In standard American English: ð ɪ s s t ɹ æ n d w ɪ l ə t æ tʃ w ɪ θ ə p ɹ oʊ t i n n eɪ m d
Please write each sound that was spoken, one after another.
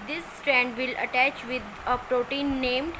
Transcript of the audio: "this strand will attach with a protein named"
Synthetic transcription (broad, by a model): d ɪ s s t ɹ æ n d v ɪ l ə t æ tʃ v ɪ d ə p ɹ oʊ t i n n eɪ m d